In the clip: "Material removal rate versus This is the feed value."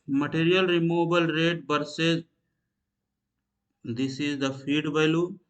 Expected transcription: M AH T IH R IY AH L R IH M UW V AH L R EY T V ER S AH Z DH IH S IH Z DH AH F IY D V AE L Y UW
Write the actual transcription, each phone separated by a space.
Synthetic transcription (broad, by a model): M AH T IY R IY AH L R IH M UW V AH L R EY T B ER S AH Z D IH S IH Z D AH F IY D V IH L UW